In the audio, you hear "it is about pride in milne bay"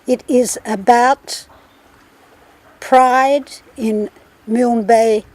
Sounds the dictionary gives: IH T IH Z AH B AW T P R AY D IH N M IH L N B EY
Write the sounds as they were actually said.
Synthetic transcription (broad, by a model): IH T IH Z AH B AW T P R AY D IH N M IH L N B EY